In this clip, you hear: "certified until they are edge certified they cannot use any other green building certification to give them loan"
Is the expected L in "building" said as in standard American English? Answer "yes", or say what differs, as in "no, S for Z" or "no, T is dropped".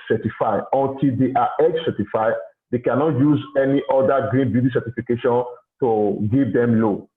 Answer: no, L is dropped